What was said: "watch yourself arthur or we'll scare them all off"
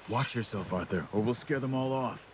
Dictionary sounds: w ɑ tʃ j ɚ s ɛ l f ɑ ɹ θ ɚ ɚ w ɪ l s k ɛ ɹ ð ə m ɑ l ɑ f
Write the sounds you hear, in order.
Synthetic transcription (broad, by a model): w ɑ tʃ j ɚ s ɛ l f ɑ ɹ θ ɚ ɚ w ɪ l s k ɛ ɹ ð ə m ɑ l ɑ f